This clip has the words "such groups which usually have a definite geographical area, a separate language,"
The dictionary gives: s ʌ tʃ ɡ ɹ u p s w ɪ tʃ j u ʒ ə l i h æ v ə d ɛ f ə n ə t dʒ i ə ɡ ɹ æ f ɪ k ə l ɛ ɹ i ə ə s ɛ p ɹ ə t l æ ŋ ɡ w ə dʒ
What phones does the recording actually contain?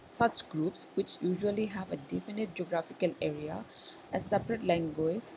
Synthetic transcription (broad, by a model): s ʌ tʃ ɡ ɹ u p s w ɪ tʃ j u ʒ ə l i h æ v ə d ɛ f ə n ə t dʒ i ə ɡ ɹ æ f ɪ k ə l ɛ ɹ i ə ə s ɛ p ɹ ə t l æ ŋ ɡ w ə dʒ